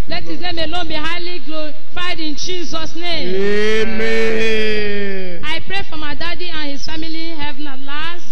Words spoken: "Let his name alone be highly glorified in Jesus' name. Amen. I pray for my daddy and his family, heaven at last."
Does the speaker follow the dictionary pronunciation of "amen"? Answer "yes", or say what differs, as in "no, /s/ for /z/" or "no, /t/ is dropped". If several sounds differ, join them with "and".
no, /n/ is dropped